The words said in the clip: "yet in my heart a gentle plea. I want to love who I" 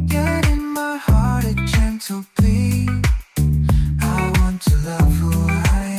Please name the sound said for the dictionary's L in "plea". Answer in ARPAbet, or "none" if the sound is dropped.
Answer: none